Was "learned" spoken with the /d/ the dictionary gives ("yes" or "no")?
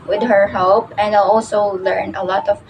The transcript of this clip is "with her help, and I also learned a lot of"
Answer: no